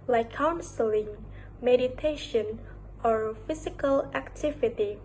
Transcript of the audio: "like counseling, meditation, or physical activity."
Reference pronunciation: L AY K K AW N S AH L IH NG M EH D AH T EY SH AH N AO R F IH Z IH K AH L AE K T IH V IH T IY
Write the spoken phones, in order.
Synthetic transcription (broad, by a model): L AY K K AW N S AH L IH NG M EH D AH T EY SH AH N AO R F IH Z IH K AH L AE K T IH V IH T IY